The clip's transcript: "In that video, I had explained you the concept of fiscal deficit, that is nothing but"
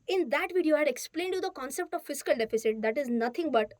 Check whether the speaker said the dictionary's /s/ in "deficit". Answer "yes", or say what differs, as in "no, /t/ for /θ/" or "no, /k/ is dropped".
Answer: yes